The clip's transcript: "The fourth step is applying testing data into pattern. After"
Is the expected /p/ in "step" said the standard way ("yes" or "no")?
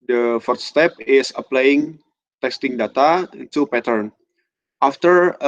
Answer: yes